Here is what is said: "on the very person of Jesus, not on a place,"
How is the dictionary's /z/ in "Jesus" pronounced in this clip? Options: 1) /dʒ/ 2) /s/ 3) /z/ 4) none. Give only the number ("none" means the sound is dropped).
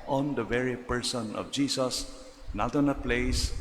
2